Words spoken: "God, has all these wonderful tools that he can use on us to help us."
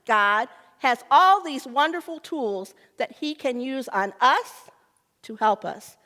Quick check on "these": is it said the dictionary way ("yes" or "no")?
yes